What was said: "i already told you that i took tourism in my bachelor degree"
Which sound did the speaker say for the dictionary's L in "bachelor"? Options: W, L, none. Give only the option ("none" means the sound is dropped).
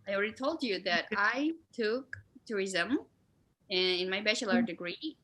L